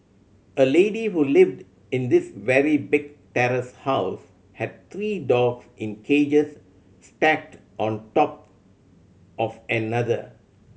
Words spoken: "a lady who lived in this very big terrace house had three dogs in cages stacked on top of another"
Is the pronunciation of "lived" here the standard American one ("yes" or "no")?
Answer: yes